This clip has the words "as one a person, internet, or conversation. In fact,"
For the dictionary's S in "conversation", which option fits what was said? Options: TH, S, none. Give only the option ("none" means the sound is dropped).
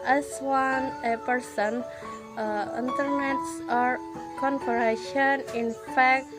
none